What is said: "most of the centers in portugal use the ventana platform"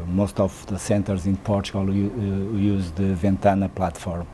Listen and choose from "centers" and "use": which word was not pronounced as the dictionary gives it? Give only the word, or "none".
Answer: none